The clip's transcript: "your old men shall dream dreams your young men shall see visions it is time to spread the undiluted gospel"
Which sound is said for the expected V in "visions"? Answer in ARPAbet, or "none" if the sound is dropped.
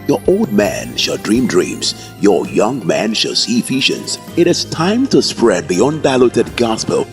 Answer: F